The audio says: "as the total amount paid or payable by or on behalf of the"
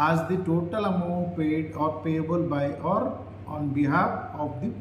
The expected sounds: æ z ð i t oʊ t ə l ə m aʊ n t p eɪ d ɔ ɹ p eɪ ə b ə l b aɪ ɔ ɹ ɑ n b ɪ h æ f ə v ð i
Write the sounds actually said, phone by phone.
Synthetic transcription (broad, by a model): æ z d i t oʊ t ə l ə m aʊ p eɪ d ɔ ɹ p eɪ ə b ə l b aɪ ɔ ɹ ɑ n b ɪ h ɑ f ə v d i